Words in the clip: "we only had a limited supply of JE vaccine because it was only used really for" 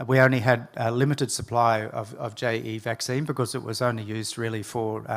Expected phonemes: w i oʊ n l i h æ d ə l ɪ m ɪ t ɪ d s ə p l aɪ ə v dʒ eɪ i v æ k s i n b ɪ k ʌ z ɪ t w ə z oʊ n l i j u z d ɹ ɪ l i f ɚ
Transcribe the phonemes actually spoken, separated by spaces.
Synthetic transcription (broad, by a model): w i oʊ n l i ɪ d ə l ɪ m ɪ t ɪ d s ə p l aɪ ə v dʒ eɪ i v æ k s i n b ɪ k ʌ z ɪ t w ə z oʊ n l i j u z d ɹ ɪ l i f ɚ